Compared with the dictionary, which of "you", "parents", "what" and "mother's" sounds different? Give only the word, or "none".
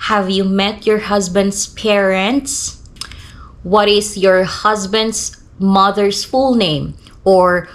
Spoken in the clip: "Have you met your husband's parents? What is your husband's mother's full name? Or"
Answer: mother's